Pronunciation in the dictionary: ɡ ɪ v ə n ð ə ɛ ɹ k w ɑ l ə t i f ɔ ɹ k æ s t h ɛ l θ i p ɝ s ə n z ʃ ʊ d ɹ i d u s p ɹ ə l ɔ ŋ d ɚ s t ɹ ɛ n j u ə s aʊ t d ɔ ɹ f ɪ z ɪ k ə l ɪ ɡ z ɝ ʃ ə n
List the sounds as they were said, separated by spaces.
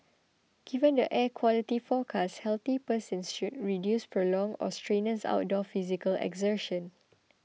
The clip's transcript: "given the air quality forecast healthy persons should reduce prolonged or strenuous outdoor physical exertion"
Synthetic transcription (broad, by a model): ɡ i v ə n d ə ɛ k w ɑ l ə t i f ɔ k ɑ s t h ɛ l t i p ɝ s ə n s ʃ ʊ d ɹ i d u s p ɹ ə l ɔ ŋ ɔ s t ɹ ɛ n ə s aʊ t d ɔ f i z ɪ k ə l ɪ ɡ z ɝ ʃ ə n